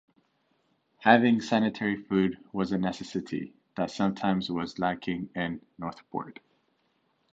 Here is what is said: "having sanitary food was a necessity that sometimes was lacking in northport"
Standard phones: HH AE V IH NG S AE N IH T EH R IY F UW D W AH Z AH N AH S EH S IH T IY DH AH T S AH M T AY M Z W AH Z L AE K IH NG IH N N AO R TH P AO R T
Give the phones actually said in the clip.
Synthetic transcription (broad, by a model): HH AE V IH NG S AE N IH T EH R IY F UW D W AH Z AH N AH S EH S IH T IY DH AH T S AH M T AY M Z W AH Z L AE K IH NG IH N N AO R TH B AO R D